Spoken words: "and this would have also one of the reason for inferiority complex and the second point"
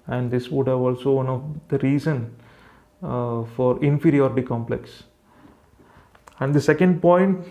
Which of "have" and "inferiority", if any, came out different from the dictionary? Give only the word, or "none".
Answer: none